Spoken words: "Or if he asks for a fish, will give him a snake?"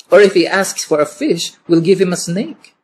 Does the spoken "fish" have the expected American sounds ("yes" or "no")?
yes